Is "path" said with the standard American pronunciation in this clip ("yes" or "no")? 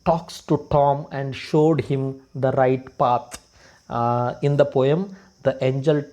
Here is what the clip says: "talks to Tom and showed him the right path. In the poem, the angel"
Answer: no